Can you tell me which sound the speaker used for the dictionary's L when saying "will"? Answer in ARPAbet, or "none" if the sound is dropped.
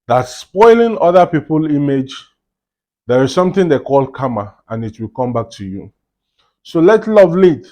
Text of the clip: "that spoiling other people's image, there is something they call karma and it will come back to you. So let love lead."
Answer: L